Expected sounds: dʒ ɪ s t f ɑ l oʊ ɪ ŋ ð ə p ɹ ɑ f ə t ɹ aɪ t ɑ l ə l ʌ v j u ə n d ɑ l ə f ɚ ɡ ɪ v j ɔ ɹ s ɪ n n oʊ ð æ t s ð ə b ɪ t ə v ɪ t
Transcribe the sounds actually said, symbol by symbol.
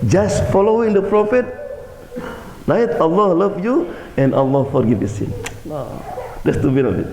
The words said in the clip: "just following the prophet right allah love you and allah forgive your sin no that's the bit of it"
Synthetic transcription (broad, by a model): dʒ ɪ s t f ɑ l oʊ ɪ ŋ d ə p ɹ ɑ f ə t l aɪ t ɑ l ə l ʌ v j u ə n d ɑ l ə f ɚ ɡ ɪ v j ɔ s ɪ n n oʊ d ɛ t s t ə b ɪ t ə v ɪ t